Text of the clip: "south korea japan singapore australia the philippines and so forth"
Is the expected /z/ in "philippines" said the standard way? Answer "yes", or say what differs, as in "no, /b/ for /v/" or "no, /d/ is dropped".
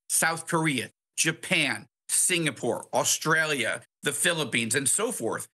yes